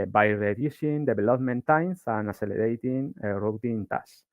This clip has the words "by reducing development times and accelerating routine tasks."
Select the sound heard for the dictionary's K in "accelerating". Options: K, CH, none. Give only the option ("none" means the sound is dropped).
none